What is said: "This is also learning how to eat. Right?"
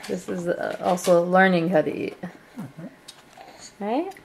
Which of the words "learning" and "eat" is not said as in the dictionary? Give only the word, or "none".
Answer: none